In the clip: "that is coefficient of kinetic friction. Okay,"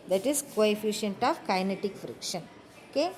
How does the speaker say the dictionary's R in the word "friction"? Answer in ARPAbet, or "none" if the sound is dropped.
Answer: R